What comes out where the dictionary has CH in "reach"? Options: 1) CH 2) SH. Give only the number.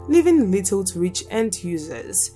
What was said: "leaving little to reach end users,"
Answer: 1